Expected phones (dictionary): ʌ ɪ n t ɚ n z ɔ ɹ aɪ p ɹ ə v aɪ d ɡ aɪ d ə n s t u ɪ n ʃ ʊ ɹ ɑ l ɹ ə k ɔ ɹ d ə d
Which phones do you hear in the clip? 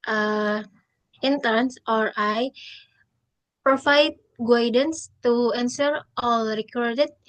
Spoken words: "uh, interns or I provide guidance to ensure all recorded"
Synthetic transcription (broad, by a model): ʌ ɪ n t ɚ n s ɔ ɹ aɪ p ɹ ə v aɪ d ɡ aɪ d ə n s t u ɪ n s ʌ ɹ ɑ l ɹ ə k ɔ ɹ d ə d